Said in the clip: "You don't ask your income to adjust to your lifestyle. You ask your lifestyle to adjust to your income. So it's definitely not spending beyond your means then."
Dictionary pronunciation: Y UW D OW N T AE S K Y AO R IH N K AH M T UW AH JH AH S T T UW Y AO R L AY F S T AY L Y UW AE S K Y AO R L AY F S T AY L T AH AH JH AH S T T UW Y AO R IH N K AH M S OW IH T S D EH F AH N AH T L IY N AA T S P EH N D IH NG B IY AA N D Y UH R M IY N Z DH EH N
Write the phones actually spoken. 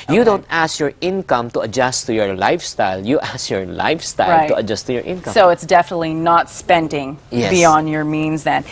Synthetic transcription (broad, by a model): Y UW D OW N T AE S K Y AO R IH N K AH M T UW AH JH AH S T T UW Y AO R L AY F S T AY L Y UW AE S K Y AO R L AY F S T AY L T AH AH JH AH S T T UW Y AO R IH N K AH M S OW IH T S D EH F AH N AH T L IY N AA T S P EH N D IH NG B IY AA N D Y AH R M IY N Z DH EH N